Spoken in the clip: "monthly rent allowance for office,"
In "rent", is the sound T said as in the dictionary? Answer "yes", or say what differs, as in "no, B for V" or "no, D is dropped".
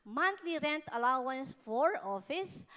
yes